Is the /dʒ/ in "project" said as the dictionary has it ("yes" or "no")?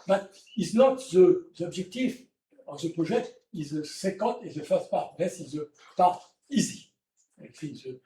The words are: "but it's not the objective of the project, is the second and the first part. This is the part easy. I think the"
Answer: no